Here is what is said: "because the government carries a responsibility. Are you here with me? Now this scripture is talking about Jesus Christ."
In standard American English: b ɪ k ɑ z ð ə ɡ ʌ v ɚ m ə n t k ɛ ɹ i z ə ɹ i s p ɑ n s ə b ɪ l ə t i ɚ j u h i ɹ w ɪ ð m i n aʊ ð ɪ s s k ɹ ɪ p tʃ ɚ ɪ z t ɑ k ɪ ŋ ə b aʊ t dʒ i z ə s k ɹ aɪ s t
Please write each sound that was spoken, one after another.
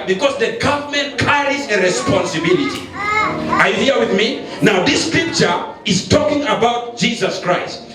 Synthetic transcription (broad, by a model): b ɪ k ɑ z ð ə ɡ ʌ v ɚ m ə n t k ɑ ɹ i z ə ɹ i s p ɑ n s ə b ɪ l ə t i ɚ j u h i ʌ w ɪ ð m i n aʊ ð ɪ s s k ɹ ɪ p tʃ ɚ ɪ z t ɑ k ɪ ŋ ə b aʊ t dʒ i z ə s k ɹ aɪ s t